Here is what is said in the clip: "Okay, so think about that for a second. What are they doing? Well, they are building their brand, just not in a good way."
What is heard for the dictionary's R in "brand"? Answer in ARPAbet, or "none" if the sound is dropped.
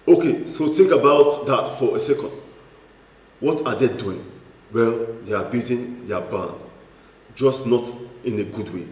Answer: none